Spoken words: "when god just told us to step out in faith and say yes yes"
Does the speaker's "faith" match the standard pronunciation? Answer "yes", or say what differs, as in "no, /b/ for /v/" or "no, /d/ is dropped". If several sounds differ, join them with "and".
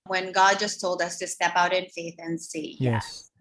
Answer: yes